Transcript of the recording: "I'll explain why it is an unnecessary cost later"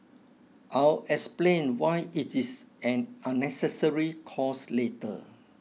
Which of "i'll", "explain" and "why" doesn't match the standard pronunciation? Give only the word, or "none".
none